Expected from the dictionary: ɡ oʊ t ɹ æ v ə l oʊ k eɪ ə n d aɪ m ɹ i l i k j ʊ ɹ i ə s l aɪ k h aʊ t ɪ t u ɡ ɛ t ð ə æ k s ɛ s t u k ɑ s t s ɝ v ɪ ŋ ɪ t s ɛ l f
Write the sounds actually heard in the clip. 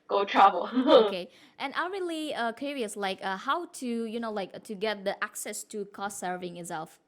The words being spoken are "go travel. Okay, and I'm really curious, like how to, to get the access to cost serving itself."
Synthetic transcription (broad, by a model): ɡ oʊ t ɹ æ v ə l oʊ k eɪ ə n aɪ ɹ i l i k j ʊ ɹ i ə s l aɪ k h aʊ t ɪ t u ɡ ɛ t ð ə æ k s ɛ s t u k ɑ s t s ɝ v ɪ ŋ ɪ t s ɛ l f